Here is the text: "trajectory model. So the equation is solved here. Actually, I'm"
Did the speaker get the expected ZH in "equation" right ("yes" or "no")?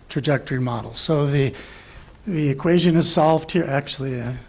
yes